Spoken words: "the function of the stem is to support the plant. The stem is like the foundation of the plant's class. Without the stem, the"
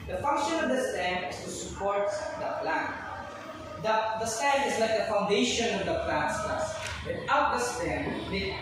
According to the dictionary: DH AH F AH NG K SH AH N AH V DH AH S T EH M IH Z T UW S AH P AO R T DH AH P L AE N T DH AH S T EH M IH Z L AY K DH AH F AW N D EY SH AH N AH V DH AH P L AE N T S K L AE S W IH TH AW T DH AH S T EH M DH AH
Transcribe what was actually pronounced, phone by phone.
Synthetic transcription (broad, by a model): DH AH F AH NG K SH AH N AH V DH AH S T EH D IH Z T UW S AH P AO R T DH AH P L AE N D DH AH S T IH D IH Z L AY K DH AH F AW N D EY SH AH N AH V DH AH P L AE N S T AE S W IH T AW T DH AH S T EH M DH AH